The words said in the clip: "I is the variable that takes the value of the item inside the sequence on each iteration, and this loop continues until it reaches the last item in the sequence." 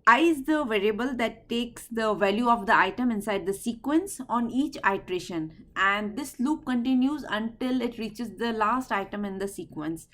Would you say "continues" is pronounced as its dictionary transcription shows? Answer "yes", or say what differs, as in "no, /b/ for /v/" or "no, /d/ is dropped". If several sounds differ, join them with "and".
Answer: yes